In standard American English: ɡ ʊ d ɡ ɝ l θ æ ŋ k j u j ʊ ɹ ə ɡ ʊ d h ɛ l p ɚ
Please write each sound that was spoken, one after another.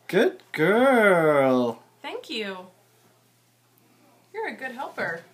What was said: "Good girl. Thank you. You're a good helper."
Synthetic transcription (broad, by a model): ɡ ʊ d ɡ ɝ l θ æ ŋ k j u j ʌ ɹ ə ɡ ʊ d h ɛ l p ɚ